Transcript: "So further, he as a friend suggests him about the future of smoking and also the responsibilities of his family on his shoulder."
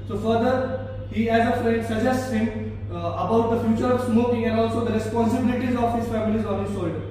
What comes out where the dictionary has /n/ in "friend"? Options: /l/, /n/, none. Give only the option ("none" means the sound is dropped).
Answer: none